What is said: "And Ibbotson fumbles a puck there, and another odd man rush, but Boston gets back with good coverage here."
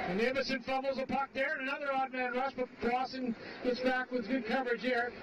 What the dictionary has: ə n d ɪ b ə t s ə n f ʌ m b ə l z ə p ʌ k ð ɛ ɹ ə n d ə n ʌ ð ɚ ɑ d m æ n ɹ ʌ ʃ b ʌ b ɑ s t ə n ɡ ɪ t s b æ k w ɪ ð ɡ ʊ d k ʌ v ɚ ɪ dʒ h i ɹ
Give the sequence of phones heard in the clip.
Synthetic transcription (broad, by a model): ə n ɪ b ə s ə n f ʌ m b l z ə p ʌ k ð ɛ ɹ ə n ə n ʌ ð ɚ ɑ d m æ n ɹ ʌ ʃ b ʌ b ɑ s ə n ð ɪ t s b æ k w ɪ ð ɡ ʊ d k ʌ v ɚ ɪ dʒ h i ɹ